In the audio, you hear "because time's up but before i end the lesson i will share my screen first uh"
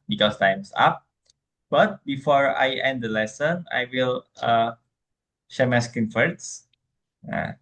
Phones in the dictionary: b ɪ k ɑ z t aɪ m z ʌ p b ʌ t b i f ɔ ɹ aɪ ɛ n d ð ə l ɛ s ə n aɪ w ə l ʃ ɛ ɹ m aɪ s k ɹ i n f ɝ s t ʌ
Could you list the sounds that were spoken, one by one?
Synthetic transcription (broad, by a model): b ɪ k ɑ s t aɪ m s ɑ p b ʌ t b i f ɔ ɹ aɪ ɛ n d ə l ɛ s ə n aɪ w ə l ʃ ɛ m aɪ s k i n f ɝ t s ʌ